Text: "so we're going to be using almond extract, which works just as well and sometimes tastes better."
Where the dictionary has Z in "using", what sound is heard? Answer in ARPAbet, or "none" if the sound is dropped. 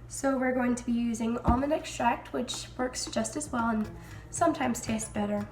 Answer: Z